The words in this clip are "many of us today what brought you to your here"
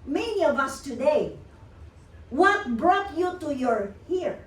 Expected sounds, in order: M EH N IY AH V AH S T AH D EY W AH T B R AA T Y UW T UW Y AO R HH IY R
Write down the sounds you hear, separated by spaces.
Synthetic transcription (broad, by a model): M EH N IY AH V AH S T AH D EY W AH T B R AA T Y UW T UW Y AO R HH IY R